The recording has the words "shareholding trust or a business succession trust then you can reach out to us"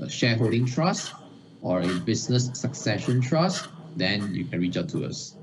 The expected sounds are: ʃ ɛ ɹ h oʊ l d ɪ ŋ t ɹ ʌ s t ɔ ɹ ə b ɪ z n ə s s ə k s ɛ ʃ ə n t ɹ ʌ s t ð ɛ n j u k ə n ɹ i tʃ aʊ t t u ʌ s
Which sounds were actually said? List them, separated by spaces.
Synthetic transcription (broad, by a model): ʃ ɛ h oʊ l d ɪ ŋ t ɹ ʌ s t ɔ ɹ ə b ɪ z n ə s s ə k s ɛ ʃ ə n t ɹ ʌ s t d ɛ n j u k ə n ɹ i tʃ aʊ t t u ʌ s